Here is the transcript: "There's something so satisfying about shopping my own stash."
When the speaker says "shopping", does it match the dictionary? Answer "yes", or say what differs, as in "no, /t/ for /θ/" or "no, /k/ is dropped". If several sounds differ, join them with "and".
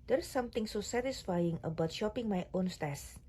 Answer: yes